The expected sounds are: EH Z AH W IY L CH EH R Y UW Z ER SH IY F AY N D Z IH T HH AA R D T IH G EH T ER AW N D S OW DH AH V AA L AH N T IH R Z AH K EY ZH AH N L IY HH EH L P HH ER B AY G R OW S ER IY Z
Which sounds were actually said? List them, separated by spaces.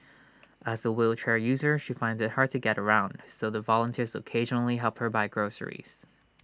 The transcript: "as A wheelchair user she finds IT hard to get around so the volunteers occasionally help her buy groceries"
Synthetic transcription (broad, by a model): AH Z AH W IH L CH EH R Y UW Z ER SH IY F AY N D Z IH T HH AA R D T IH G EH T ER AW N D S OW DH AH V AA L AH N T IH R Z AH K EY ZH AH N L IY HH EH L P HH ER B AY G R OW S ER IY Z